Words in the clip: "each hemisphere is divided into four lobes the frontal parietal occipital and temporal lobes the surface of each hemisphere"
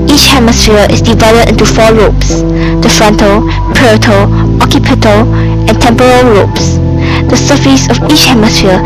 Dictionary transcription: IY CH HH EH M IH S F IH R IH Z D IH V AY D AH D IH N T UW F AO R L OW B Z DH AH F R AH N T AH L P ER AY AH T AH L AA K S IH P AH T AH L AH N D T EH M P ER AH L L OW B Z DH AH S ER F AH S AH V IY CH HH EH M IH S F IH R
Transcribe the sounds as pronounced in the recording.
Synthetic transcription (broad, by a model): IY CH HH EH M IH S F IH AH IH S D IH V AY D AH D IH N T UW F AO R OW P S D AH F R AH N T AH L P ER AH T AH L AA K IH P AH T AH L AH N T EH M P ER AH L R OW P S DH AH S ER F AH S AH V IY CH HH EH M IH S F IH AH